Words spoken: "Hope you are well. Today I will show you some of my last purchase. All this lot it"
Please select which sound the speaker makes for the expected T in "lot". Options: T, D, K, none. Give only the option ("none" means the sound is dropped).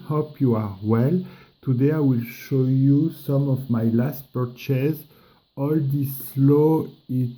none